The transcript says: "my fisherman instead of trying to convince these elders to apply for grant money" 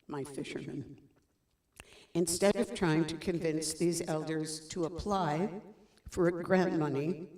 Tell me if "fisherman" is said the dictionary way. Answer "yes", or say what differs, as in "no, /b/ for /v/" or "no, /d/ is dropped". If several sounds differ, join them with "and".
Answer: yes